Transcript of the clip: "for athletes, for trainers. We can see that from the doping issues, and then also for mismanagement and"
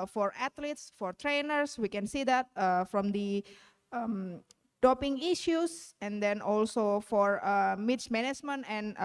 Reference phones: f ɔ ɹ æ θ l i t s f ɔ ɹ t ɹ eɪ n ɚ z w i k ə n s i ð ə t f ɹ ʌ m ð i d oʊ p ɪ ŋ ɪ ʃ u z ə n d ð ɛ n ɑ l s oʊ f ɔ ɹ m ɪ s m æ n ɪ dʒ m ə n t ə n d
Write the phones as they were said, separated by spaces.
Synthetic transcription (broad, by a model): f ɔ ɹ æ t l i t s f ɔ ɹ t ɹ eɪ n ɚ s w i k ə n s i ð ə t f ɹ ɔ m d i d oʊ p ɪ ŋ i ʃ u s ə n d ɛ n ɑ l s oʊ f ɔ ɹ m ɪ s m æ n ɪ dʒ m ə n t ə n